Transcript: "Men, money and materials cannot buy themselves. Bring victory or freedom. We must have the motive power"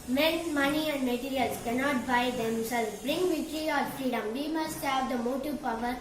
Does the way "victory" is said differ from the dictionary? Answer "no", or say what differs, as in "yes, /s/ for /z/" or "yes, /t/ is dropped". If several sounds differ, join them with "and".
yes, /k/ is dropped